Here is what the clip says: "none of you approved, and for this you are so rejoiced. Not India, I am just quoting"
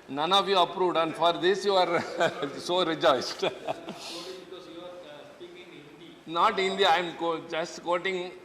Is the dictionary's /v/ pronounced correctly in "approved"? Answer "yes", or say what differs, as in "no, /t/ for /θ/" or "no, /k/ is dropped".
yes